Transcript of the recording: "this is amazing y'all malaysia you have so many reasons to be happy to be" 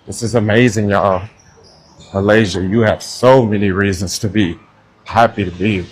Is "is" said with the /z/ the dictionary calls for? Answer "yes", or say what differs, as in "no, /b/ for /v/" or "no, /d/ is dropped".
yes